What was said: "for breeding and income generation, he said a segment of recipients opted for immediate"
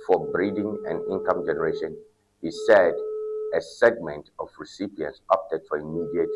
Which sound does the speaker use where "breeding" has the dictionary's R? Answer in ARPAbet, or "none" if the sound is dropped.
R